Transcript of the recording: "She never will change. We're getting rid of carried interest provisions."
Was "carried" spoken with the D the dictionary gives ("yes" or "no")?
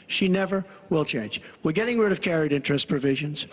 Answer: yes